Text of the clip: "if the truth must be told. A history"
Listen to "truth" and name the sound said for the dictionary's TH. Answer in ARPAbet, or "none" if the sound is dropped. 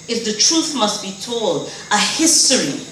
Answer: TH